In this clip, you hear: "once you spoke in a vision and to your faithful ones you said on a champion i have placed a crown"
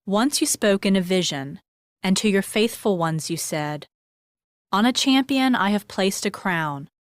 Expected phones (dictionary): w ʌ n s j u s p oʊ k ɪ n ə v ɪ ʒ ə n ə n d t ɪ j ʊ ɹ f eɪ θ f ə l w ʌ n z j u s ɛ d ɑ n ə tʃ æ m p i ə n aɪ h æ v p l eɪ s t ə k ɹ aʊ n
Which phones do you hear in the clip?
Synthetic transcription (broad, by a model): w ʌ n s j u s p oʊ k ɪ n ə v ɪ ʒ ə n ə n t ɪ j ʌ ɹ f eɪ θ f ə l w ʌ n z j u s ɛ d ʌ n ə tʃ æ m p i ə n aɪ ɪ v p l eɪ s t ə k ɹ aʊ n